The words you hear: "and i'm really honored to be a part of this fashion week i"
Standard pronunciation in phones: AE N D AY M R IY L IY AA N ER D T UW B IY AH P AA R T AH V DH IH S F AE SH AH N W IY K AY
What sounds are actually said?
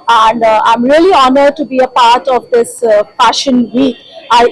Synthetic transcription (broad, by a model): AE N D AY M R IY L IY AA N ER D T UW B IY AH P AA R T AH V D IH S F AE SH AH N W IY AY